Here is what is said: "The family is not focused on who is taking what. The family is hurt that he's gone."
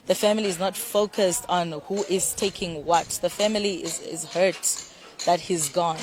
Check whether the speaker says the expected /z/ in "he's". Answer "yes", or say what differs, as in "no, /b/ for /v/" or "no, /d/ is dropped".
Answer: yes